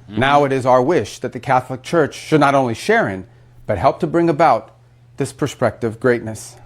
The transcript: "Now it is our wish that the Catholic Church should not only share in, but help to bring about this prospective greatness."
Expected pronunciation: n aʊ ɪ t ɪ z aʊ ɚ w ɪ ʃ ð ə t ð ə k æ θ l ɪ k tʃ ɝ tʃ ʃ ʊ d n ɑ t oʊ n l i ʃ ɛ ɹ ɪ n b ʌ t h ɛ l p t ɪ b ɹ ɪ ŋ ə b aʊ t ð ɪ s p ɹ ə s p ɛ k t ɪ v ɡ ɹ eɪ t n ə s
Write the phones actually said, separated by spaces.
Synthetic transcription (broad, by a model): n aʊ ɪ t ɪ z aʊ ɚ w ɪ ʃ ð ə t ð ə k æ θ l ɪ k tʃ ɝ tʃ ʃ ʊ d n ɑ t oʊ n l i ʃ ɛ ɹ ɪ n b ʌ t h ɛ l p t ɪ b ɹ ɪ ŋ ə b aʊ t ð ɪ s p ɹ s p ɛ k t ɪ v ɡ ɹ eɪ t n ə s